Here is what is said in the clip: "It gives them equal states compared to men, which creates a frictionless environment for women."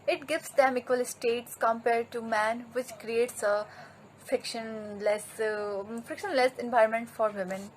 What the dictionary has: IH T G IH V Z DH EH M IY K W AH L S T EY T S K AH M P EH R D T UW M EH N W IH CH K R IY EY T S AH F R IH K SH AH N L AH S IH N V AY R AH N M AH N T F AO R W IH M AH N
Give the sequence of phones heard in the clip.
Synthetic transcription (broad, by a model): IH T G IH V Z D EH M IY K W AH L S T EY T S K AH M P EH R D T UW M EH N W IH CH K R IY EY T S AH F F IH K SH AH N L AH S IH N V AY AH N M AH N T F AO R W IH M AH N